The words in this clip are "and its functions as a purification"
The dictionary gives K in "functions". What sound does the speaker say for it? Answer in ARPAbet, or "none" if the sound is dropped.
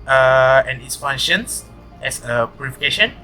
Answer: none